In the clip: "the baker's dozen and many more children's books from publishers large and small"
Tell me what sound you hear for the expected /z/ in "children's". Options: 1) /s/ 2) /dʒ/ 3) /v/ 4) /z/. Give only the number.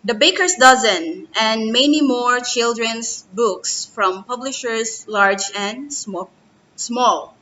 1